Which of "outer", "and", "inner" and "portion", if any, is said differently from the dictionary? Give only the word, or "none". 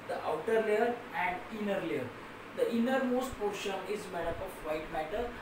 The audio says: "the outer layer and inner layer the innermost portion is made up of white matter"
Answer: none